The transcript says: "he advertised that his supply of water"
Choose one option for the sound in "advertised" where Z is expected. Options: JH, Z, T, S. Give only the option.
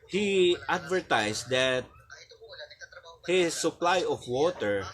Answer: S